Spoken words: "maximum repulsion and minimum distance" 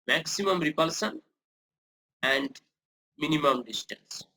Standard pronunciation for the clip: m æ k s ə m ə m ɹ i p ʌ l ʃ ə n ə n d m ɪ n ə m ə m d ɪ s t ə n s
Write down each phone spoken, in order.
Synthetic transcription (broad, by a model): m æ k s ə m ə m ɹ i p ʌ l s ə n ə n d m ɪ n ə m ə m d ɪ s t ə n s